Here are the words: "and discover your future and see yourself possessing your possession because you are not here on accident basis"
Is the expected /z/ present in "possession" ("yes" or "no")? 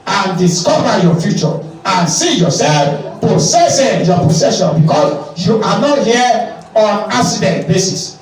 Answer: no